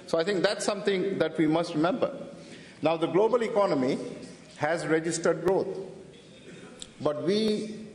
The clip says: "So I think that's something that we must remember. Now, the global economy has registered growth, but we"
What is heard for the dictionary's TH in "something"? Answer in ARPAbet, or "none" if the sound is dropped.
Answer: T